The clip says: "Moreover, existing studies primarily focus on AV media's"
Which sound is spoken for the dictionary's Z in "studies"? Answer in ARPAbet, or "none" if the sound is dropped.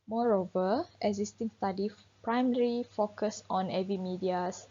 none